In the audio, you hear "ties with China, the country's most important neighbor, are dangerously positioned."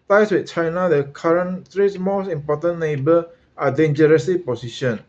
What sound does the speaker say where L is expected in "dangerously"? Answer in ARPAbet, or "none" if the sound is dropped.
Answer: none